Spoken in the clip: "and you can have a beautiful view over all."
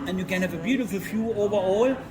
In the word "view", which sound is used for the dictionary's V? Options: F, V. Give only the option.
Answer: F